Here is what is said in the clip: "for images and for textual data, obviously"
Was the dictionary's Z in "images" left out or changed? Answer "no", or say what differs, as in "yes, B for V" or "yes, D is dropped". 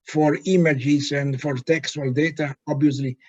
yes, S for Z